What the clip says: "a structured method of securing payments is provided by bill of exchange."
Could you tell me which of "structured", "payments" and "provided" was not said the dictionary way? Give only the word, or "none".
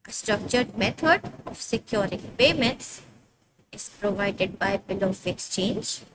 none